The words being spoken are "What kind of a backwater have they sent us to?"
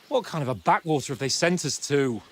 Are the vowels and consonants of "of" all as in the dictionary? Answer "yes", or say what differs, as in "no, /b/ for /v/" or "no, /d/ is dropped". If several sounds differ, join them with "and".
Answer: yes